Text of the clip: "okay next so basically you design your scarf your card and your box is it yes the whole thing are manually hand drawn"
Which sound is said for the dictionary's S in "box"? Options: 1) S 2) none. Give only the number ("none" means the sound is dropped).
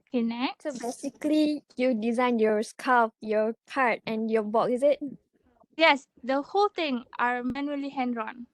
2